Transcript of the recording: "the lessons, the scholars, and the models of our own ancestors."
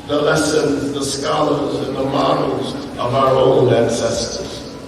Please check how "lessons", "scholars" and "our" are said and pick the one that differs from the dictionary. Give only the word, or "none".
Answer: none